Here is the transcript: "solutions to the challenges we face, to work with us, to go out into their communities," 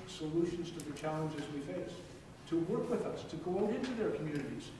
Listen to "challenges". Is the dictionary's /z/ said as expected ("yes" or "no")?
yes